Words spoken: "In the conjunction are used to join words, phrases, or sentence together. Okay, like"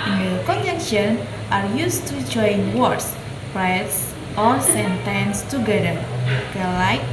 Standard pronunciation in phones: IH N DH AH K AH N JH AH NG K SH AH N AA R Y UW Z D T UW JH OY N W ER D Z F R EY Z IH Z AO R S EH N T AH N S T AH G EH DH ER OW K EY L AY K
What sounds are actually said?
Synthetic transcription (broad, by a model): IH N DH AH K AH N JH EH K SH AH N AA R Y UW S T UW JH OY N W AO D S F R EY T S AO R S EH N T AH N S T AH G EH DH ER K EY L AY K